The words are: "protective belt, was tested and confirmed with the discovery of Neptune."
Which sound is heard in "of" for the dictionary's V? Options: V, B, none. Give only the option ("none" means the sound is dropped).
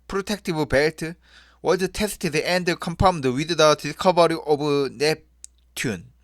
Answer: B